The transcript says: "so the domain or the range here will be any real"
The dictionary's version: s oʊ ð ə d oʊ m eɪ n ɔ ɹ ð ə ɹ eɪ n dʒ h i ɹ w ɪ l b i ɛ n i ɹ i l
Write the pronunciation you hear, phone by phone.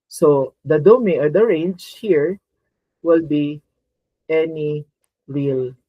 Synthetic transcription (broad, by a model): s oʊ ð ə d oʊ m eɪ ɔ ɹ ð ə ɹ eɪ n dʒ h i ɹ w ɪ l b i ɛ n i ɹ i l